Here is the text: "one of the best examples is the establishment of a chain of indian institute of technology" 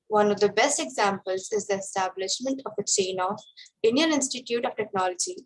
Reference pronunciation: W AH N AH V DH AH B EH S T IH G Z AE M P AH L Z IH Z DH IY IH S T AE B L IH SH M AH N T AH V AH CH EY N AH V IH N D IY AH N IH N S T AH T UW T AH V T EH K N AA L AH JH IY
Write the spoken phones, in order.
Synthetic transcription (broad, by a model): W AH N AH V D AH B EH S T IH G Z AE M P AH L Z IH Z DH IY IH S T AE B L IH SH M AH N T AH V AH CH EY N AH F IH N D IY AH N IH N S T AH T UW T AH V T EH K N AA L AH JH IY